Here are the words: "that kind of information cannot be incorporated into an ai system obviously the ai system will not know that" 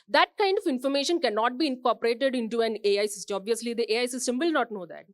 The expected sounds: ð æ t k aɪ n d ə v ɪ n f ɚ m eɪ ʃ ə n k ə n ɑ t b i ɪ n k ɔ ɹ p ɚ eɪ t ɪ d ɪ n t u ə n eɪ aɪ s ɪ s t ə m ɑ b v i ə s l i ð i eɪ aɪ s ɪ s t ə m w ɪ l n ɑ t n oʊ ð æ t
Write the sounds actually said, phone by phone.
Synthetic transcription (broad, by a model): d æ t k aɪ n d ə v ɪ n f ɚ m eɪ ʃ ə n k ə n ɑ t b i ɪ n k ɔ ɹ p ɚ eɪ t ɪ d ɪ n t u ə n eɪ aɪ s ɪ s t ɑ b v i ə s l i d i eɪ aɪ s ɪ s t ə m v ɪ l n ɑ t n oʊ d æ t